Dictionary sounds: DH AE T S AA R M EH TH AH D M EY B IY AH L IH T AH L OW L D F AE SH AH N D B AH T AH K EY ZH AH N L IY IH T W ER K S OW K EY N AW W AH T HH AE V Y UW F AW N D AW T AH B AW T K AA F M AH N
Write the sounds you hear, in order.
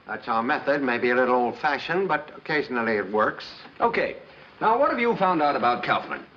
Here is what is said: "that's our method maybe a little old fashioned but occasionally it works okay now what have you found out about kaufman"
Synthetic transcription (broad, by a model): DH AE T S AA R M EH TH AH D M EY B IY AH L IH T L OW L D F AE SH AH N B AH T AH K EY ZH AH N L IY IH T W ER K S OW K EY N AW W AH T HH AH V Y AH F AW N D AW T AH B AW T K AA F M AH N